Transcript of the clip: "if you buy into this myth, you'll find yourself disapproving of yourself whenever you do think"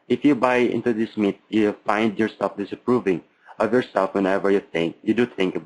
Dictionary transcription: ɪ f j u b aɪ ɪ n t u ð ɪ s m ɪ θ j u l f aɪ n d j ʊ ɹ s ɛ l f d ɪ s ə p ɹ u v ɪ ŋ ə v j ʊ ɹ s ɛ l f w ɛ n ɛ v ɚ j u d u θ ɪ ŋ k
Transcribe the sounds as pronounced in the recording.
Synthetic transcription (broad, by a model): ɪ f j u b aɪ ɪ n t u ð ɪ s m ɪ t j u f aɪ n d j ʊ ɹ s ɛ l f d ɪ s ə p ɹ u v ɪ ŋ ə v j ʊ ɹ s ɛ l f w ɛ n ɛ v ɚ j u d u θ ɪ ŋ k